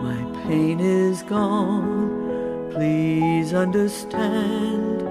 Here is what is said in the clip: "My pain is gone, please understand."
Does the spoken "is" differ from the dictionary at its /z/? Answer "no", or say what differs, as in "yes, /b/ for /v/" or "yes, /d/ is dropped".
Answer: no